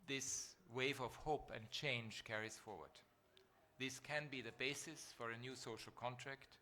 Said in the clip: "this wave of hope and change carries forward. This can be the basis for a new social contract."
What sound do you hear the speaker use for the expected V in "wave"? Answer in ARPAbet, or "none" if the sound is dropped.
V